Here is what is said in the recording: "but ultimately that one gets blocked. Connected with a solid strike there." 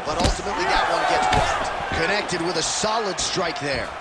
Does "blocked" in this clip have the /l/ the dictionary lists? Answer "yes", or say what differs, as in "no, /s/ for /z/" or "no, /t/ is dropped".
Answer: no, /l/ is dropped